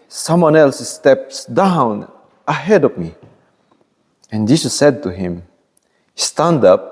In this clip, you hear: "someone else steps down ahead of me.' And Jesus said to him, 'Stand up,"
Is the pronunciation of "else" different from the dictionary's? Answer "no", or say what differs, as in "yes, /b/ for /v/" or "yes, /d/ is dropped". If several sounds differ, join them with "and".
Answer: no